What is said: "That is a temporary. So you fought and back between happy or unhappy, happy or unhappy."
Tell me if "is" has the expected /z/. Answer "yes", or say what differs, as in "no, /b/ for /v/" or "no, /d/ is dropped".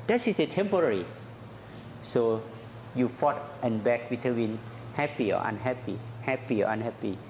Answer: no, /s/ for /z/